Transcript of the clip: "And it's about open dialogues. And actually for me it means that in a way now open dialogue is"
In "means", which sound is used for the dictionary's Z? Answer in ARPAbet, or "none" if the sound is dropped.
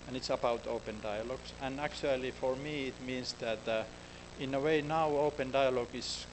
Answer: S